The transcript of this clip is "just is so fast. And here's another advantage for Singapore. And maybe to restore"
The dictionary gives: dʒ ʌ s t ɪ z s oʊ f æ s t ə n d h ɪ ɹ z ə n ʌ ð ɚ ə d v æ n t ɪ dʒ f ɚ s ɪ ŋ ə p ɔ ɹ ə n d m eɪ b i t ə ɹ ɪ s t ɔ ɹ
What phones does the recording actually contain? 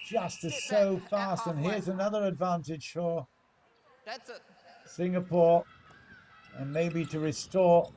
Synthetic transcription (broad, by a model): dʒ ʌ s t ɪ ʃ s oʊ f æ s t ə n h ɪ ɹ z ə n ʌ ð ɚ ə d v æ n t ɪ ʒ f ɚ s ɪ ŋ ə p ɔ ɹ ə n m eɪ b i t ə ɹ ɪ s t ɔ ɹ